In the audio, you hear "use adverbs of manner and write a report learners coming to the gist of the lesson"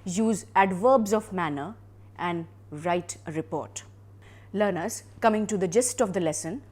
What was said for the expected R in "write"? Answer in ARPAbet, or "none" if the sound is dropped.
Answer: R